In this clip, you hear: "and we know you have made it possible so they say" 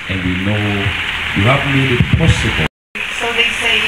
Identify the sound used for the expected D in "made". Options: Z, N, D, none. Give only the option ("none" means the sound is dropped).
none